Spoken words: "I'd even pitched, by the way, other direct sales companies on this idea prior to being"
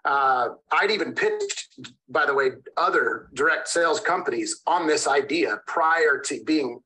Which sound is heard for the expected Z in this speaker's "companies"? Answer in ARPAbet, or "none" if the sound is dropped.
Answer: Z